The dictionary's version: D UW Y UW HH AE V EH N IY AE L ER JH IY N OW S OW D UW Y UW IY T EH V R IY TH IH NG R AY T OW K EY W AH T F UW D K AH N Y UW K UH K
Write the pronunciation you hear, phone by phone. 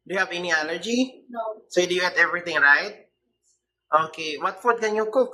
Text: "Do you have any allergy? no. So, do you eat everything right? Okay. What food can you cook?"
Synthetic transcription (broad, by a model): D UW Y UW HH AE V EH N IY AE N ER JH IY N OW S OW D UW Y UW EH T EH V R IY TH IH NG R AY T OW K EY W AH T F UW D K AH N Y UW K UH K